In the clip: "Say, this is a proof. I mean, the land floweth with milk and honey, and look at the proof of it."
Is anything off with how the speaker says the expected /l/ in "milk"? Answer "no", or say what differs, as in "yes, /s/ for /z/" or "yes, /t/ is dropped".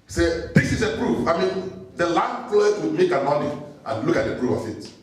yes, /l/ is dropped